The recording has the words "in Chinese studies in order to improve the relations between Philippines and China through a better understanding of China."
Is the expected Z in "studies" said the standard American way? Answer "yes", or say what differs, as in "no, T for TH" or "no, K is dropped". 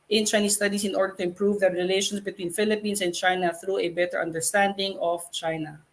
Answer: no, S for Z